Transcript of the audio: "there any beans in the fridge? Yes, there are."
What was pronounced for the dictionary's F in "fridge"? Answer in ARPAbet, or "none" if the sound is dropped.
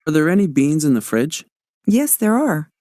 F